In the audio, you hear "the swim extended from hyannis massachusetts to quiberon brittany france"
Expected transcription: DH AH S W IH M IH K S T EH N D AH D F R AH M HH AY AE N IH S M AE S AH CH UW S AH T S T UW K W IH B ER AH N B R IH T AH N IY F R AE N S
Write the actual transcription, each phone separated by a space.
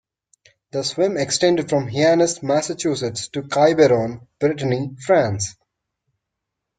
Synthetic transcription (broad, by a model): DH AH S W IH M IH K S T EH N D AH D F R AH M HH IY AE N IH S M AE S AH CH UW S AH T S T UW K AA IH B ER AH N B R IH T AH N IY F R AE N S